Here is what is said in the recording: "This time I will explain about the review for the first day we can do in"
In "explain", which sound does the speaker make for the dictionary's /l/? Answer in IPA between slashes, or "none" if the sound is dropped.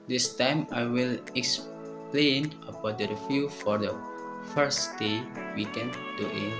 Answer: /l/